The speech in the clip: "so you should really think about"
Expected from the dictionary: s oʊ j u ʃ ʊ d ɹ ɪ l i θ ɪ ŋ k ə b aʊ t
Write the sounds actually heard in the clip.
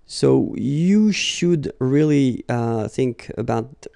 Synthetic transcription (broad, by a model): s oʊ j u ʃ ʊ d ɹ ɪ l i θ ɪ ŋ k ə b aʊ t